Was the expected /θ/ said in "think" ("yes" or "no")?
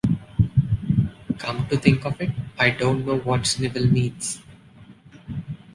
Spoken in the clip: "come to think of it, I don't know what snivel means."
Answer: no